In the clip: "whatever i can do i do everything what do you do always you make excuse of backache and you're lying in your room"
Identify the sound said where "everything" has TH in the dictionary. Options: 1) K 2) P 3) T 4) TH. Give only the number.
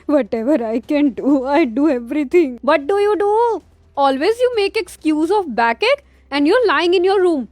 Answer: 3